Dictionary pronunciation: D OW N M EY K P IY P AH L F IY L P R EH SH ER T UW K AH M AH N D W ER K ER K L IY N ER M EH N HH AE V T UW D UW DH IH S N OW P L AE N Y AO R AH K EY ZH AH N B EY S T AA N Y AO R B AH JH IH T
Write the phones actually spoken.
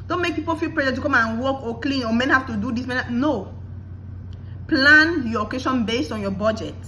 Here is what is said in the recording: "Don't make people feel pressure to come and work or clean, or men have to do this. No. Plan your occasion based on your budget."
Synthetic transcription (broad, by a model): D OW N M EY K P IY P AH L F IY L P R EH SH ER T UW K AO M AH N W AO K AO K L IY N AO M EH N HH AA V T UW D UW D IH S N OW P L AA N Y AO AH K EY SH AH N B EY S T AA N Y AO B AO JH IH T